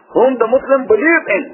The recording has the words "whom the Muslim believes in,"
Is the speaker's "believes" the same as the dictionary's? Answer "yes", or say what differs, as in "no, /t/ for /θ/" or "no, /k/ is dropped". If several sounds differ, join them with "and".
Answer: no, /z/ is dropped